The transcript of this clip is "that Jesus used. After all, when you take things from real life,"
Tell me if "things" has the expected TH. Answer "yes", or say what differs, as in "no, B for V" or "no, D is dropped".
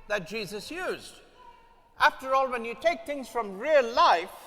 yes